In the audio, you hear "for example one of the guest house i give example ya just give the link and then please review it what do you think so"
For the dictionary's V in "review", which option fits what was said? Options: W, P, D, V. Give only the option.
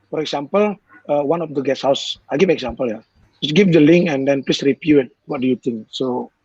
P